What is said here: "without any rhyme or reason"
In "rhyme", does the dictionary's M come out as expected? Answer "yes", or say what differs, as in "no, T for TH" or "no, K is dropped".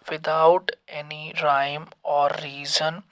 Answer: yes